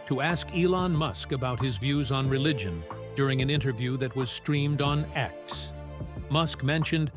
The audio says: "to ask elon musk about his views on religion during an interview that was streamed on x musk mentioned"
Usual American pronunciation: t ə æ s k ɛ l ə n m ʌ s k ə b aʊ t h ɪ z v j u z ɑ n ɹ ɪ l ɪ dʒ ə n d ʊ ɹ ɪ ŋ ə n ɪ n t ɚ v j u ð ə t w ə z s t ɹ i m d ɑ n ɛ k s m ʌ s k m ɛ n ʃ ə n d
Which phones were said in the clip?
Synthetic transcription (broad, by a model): t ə æ s k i l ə n m ʌ s k ə b aʊ t h ɪ z v j u z n ɹ ɪ l ɪ dʒ ə n d ʊ ɹ ɪ ŋ ə n ɪ n t ɚ v j u ð ə t w ə z s t ɹ i m d n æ k s m ʌ s k m ɛ n ʃ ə n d